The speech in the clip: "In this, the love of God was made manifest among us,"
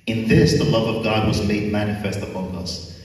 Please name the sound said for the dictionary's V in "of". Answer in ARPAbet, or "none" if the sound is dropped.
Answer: V